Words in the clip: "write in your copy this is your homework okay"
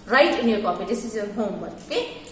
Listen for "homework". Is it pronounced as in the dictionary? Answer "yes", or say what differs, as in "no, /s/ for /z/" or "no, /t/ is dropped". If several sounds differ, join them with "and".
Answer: no, /k/ is dropped